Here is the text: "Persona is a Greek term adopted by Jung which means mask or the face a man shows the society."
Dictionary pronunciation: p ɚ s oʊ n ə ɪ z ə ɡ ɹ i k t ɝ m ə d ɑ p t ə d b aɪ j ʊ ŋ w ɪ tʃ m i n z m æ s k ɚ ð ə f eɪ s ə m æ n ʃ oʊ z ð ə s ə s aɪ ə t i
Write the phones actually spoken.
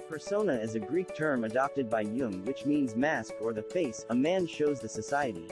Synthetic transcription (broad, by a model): p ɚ s oʊ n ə ɪ z ə ɡ ɹ i k t ɝ m ə d ɑ p t ə d b aɪ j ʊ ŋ w ɪ tʃ m i n z m æ s k ɚ ð ə f eɪ s ə m æ n ʃ oʊ z ð ə s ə s aɪ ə t i